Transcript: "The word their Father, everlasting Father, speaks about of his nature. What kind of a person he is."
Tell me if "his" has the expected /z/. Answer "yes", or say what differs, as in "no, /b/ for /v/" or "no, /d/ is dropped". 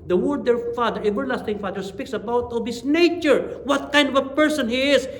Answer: no, /s/ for /z/